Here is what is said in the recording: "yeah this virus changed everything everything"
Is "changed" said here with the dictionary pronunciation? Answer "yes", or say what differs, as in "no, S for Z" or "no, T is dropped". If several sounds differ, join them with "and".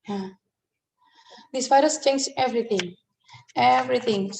no, D is dropped